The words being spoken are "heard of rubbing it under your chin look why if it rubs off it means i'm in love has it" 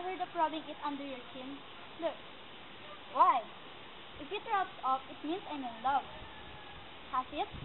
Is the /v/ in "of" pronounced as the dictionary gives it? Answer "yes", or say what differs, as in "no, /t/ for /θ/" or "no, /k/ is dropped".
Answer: no, /p/ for /v/